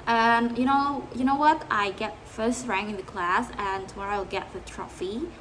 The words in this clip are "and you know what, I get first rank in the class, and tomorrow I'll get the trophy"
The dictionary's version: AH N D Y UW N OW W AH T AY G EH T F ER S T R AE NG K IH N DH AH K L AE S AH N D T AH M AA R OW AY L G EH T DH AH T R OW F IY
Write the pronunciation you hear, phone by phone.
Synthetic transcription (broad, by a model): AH N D Y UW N OW W AH T AY G EH T F ER S T R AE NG IH N DH AH K L AE S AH N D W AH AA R AY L G EH T DH AH T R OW F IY